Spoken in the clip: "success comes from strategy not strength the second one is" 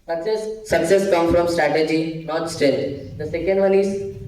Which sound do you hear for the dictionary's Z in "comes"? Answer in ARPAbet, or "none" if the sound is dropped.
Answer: none